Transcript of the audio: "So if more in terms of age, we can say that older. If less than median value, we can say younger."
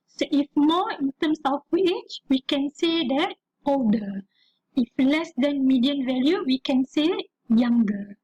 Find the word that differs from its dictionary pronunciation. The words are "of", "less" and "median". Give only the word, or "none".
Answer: of